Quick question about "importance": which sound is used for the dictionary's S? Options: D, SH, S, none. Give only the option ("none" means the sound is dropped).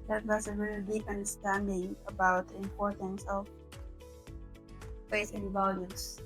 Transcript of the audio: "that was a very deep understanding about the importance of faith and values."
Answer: S